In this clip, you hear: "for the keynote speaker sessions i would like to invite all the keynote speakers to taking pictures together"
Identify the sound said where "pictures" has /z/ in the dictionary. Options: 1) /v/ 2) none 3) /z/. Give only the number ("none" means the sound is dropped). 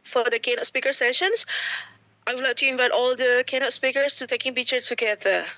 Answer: 2